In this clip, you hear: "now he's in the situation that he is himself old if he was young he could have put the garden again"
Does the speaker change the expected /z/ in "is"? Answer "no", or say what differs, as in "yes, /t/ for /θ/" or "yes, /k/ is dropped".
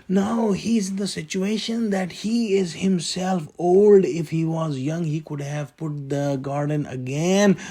no